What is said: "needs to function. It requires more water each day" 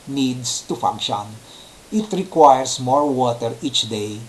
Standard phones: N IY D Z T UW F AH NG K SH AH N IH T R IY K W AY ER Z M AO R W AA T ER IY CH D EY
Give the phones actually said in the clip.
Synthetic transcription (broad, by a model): N IY D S T UW F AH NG K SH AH N IH T R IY K W AY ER S M AO R W AA T ER IY CH D EY